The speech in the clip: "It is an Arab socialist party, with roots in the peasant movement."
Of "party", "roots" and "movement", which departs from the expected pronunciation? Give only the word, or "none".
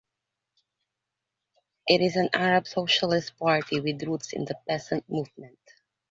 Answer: none